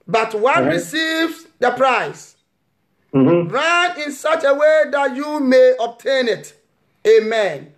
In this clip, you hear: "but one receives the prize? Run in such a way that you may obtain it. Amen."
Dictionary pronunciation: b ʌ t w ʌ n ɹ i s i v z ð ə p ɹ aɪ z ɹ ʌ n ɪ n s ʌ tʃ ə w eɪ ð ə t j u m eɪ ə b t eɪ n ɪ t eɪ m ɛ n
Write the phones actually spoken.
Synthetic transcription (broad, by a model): b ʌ t w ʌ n ɹ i s i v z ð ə p ɹ aɪ s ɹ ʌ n ɪ n s ʌ tʃ ə w eɪ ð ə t j u m eɪ ə b t eɪ n ɪ t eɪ m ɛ n